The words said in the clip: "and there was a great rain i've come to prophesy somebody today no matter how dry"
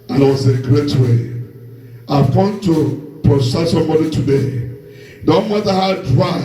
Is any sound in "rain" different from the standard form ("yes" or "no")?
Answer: yes